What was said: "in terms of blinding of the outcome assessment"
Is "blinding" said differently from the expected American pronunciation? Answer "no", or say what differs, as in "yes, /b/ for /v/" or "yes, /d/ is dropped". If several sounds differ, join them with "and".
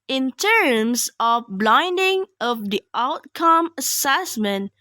no